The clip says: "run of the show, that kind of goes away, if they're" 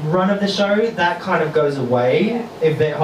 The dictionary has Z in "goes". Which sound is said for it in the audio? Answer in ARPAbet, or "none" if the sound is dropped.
Z